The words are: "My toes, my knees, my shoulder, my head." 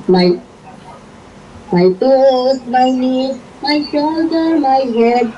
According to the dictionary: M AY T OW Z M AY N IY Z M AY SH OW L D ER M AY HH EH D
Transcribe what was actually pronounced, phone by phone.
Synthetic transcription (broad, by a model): M AY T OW S M AY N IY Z M AY SH OW L D ER M AY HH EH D